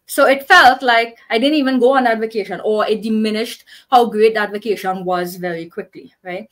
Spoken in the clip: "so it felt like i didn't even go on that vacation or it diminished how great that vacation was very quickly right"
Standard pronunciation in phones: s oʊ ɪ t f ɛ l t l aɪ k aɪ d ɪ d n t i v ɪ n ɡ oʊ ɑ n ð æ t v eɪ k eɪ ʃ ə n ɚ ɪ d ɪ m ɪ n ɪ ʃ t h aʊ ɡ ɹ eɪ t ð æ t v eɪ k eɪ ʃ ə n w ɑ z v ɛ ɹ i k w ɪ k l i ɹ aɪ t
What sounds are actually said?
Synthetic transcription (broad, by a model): s oʊ ɪ t f ɛ l t l aɪ k aɪ d ɪ d n t i v ɪ n ɡ oʊ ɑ n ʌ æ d v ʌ k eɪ ʃ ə n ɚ ɪ d ɪ m ɪ n ɪ ʃ t h aʊ ɡ ɹ eɪ t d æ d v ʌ k eɪ ʃ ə n w ɑ z v ɛ ɹ i k w ɪ k l i ɹ aɪ t